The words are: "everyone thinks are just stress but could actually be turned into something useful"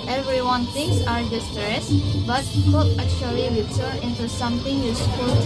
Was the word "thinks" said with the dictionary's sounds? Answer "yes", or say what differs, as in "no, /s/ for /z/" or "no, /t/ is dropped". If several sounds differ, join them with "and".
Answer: no, /t/ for /θ/ and /k/ is dropped